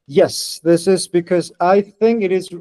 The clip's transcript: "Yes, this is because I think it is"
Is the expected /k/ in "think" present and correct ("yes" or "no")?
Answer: yes